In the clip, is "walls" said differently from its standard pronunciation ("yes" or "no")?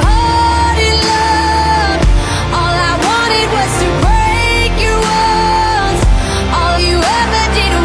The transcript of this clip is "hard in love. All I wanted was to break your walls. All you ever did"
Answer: yes